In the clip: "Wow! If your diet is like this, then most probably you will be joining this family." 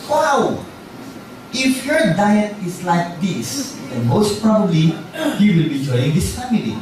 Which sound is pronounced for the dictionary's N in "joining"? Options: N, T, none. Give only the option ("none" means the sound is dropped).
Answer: none